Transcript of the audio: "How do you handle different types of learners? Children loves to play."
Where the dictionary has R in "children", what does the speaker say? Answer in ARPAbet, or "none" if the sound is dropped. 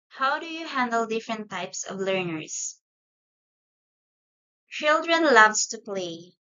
R